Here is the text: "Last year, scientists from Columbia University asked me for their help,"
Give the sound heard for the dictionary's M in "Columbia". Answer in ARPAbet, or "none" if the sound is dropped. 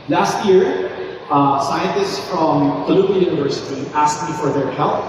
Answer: none